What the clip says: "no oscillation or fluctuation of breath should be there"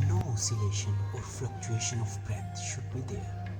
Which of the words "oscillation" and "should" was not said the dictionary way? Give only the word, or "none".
none